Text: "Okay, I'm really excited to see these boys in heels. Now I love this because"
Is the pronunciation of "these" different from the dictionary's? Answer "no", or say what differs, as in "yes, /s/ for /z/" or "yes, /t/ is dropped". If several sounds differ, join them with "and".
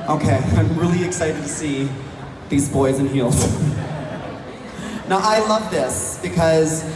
no